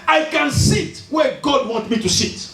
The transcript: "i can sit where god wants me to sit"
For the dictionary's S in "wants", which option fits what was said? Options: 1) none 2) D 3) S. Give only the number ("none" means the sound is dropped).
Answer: 1